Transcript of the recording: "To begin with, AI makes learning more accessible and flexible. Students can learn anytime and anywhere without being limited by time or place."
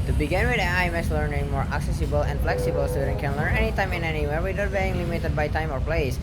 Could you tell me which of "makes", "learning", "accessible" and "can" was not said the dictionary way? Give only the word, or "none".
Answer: makes